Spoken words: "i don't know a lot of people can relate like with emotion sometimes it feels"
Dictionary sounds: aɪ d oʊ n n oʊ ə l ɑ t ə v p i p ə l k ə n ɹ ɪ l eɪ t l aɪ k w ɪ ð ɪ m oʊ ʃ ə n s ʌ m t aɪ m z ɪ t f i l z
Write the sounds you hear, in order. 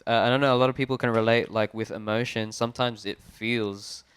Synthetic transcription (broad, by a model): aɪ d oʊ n n oʊ ə l ɑ t ə v p i p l k ə n ɹ ɪ l eɪ t l aɪ k w ɪ ð ɪ m oʊ ʃ ə n s ʌ m t aɪ m z ɪ t f i l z